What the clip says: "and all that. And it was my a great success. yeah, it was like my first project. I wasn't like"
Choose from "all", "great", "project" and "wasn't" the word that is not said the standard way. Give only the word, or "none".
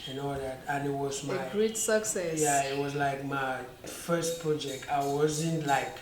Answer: all